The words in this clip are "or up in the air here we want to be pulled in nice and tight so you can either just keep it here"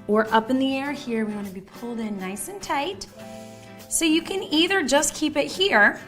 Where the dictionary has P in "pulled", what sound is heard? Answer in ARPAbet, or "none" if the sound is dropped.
P